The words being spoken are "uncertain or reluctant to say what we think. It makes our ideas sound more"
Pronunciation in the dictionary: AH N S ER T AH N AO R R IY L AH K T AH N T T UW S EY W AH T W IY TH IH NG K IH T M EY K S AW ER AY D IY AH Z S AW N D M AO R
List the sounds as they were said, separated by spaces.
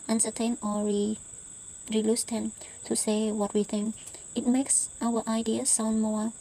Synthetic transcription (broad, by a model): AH N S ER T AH N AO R R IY L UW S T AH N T T UW S EY W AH T W IY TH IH NG K IH T M EY K S AW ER AY D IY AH S AW N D M AO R